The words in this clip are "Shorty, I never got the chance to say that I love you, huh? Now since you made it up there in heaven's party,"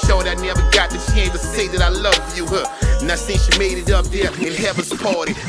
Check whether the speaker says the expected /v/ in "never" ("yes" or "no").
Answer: yes